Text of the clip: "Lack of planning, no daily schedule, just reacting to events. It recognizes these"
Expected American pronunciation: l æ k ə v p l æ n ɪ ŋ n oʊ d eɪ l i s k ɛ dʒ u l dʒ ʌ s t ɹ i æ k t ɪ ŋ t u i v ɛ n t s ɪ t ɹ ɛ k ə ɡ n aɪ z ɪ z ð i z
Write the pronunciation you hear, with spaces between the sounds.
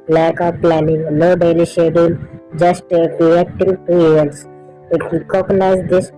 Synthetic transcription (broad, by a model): l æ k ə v p l æ n ɪ ŋ l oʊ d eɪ l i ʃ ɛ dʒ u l dʒ ʌ s t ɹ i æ k t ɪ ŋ t u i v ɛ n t s ɪ t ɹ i k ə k n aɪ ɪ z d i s